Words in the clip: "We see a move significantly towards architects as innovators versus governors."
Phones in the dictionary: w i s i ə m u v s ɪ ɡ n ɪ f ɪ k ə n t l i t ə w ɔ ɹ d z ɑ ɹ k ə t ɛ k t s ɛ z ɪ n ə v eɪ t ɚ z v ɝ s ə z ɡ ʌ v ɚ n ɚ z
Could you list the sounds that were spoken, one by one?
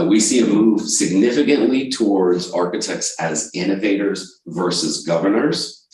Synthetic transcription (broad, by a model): w i s i ə m u v s ɪ ɡ n ɪ f ɪ k ə n t l i t ə w ɔ ɹ d z ɑ ɹ k ə t ɛ k t s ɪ z ɪ n ə v eɪ t ɚ z v ɝ s ə z ɡ ʌ v ɚ n ɚ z